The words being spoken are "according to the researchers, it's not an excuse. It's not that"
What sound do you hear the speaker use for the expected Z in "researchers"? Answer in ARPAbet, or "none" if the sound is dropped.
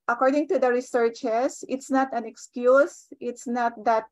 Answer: S